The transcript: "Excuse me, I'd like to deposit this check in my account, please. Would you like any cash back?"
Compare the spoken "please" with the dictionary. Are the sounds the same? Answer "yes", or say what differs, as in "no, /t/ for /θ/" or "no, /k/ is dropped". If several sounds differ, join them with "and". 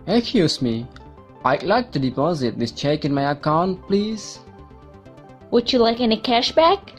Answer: yes